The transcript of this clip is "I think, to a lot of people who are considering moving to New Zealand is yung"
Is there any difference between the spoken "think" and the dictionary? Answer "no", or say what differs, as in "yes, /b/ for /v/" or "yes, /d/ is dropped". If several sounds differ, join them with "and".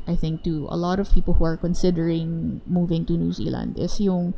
no